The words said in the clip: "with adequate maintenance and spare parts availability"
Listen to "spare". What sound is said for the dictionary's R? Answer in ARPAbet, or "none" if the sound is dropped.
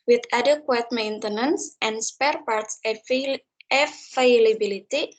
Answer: R